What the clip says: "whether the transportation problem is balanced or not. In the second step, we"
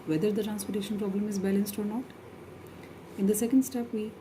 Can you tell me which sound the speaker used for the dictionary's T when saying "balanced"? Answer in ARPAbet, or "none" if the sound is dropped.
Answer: T